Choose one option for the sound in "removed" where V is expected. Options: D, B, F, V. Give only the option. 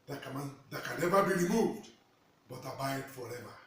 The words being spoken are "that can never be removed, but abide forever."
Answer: V